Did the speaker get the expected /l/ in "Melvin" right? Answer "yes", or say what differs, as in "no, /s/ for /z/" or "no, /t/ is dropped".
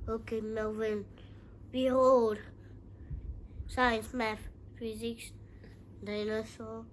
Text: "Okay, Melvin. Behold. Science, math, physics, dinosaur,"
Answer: no, /l/ is dropped